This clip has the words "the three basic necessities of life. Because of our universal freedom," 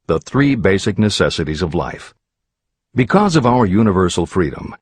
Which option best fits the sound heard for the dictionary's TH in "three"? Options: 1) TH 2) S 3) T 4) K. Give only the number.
1